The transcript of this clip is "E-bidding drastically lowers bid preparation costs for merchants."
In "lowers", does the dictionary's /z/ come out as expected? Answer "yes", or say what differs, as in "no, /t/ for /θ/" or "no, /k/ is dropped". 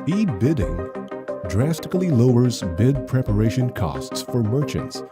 yes